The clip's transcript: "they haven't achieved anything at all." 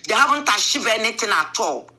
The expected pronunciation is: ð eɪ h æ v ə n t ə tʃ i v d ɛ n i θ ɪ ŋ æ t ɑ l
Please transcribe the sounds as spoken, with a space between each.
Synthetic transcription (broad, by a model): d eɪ h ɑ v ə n t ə ʃ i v ɛ n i t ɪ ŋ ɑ t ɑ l